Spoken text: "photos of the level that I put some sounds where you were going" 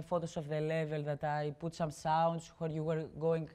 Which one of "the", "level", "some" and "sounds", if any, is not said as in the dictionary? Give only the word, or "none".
sounds